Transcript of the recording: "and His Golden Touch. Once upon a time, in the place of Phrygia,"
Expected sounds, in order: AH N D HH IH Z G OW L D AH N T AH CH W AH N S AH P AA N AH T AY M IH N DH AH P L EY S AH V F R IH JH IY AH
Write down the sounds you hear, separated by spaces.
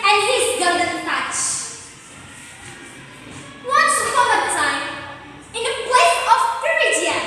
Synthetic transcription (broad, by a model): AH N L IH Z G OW D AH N T AH CH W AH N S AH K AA AH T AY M IH N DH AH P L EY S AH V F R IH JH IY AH